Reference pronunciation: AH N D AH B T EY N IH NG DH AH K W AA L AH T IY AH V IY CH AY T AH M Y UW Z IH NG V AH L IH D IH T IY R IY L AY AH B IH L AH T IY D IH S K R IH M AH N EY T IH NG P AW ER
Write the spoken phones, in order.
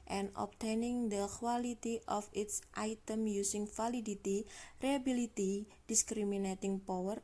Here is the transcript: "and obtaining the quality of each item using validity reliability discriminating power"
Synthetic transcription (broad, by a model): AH N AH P T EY N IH NG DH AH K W AA L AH T IY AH F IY S AY T AH M Y UW S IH NG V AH L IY D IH T IY R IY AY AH B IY L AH T IY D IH S K R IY M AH N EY T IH NG P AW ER